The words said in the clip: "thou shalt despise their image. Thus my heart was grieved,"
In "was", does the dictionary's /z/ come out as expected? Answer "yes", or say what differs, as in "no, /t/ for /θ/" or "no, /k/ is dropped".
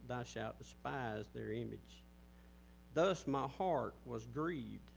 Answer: yes